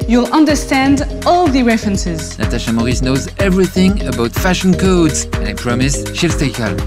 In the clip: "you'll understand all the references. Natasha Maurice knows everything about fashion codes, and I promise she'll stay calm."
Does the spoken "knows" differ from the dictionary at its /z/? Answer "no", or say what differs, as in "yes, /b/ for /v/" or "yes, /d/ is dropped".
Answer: no